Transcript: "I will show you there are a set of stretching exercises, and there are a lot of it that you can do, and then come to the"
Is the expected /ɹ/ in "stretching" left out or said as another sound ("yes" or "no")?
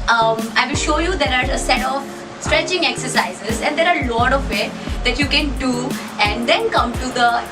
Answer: no